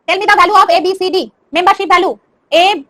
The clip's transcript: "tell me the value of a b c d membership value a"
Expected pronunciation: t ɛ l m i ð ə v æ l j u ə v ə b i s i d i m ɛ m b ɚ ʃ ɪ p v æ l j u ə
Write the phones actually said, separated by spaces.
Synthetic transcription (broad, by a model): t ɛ l m i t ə b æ l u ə b ə b i s i d i m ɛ m b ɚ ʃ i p b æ l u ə